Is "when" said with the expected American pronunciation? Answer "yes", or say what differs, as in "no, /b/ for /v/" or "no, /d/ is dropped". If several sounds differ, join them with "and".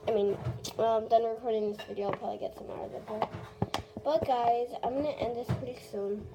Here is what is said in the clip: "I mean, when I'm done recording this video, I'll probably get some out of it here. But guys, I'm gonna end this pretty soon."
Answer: no, /l/ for /n/